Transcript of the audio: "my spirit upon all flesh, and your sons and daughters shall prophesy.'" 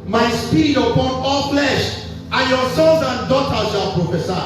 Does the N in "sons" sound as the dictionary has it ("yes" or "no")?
no